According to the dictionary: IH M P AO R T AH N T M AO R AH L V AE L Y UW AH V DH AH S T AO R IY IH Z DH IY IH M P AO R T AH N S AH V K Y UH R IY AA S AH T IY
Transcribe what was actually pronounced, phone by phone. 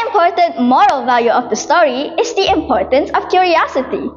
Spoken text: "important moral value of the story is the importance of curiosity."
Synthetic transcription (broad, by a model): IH M P AO R T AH N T M AO R AH L V AE L Y UW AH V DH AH S T AO R IY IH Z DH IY IH M P AO R T AH N S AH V K Y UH R IY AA S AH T IY